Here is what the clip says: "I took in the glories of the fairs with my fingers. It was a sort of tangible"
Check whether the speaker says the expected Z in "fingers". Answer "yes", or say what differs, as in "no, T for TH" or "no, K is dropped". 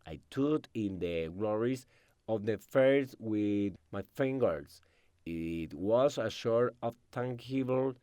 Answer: no, S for Z